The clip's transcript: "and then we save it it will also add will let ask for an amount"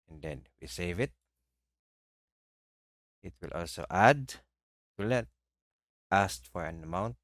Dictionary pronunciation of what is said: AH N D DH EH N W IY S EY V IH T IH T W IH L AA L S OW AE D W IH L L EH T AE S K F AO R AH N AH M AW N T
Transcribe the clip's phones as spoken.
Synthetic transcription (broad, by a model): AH N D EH N W IY S EY V IH T IH T W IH L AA L S OW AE D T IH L N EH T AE S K F AO R AH N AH M AW N T